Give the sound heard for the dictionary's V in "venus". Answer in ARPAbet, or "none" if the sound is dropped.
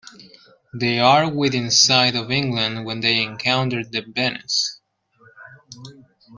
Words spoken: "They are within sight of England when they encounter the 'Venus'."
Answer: B